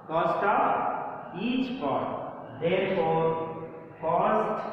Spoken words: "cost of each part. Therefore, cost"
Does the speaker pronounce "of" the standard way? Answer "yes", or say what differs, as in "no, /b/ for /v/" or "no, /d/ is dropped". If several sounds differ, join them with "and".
no, /p/ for /v/